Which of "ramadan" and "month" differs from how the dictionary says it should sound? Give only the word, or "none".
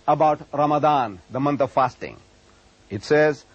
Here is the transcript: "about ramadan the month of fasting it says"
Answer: month